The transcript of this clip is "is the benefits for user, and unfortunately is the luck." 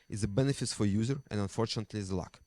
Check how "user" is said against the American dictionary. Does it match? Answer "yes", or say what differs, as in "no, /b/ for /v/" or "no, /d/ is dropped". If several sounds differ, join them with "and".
yes